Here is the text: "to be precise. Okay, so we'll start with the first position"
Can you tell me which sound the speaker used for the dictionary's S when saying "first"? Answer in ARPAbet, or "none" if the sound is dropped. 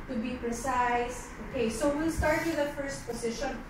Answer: S